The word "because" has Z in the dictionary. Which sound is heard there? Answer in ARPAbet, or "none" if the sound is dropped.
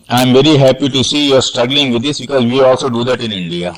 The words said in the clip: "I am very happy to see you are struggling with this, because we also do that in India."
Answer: Z